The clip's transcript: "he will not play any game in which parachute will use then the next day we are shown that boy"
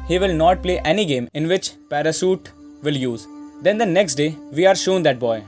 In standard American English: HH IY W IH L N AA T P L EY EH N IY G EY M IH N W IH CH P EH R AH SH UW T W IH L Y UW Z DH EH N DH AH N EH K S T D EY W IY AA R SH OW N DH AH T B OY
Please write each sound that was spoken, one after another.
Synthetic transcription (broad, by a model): HH IY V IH L N AA T P L EY EH N IY G EY M IH N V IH CH P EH R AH S UW T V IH L Y UW Z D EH N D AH N EH K S T D EY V IY AA R SH OW N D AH T B OY